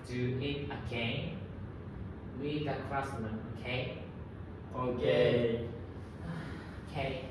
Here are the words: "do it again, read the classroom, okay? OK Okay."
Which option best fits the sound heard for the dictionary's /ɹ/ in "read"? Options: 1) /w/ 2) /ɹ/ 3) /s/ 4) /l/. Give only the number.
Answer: 1